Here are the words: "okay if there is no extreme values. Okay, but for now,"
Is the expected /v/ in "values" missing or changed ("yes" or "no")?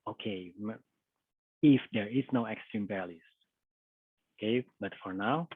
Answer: yes